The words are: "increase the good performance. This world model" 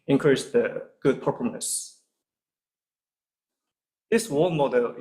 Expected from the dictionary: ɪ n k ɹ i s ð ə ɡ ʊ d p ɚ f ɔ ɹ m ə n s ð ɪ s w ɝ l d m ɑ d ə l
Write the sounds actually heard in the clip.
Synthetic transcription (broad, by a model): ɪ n k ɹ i s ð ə ɡ ʊ d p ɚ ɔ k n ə s ð ɪ s w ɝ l m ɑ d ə l